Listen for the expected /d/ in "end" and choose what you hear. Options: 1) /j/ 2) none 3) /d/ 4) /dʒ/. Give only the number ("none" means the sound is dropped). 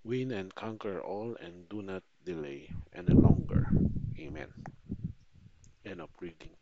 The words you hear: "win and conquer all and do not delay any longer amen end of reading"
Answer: 2